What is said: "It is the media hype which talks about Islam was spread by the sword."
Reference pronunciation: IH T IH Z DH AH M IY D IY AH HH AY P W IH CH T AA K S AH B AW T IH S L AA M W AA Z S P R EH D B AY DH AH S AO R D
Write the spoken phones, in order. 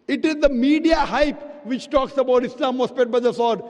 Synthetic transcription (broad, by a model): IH T IH Z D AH M IY D IY AH HH AY P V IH CH T AA K S AH B AW T IH S L AA M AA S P EH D B AY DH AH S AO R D